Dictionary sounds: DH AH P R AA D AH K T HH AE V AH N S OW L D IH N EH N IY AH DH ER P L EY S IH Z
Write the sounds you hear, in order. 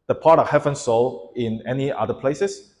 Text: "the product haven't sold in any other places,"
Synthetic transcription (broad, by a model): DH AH P AA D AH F HH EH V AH N S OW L IH N EH N IY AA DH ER P L EY S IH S